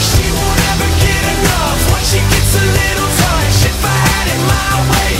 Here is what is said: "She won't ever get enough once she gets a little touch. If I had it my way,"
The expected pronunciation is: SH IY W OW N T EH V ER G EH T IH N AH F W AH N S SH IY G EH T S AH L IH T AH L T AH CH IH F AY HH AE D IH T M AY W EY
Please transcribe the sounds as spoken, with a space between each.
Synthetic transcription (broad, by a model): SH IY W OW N EH V ER G EH T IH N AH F W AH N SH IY G EH T S AH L IH T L S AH SH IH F AY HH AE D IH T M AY W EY